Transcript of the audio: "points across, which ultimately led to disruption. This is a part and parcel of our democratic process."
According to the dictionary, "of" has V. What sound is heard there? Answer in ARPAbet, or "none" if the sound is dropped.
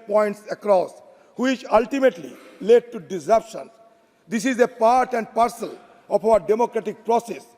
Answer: P